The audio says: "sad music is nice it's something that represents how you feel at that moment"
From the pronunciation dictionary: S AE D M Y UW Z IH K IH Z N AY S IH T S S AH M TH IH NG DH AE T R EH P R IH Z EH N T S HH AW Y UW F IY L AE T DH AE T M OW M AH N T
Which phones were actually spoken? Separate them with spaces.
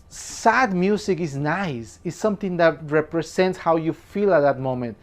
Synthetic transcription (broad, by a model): S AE D M Y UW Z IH K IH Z N AY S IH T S S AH M T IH NG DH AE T R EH P R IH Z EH N T S HH AW Y UW F IY L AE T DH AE T M OW M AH N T